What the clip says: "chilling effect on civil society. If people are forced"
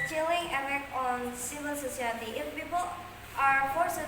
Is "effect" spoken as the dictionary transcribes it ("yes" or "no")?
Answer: no